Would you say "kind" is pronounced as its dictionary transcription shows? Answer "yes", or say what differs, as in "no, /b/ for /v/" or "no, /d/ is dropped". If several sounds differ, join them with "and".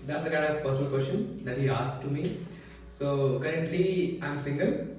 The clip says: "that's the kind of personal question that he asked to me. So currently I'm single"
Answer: no, /n/ is dropped